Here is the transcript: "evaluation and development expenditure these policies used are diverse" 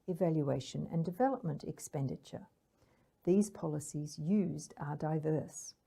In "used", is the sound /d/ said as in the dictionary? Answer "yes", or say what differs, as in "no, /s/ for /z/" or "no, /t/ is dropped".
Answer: yes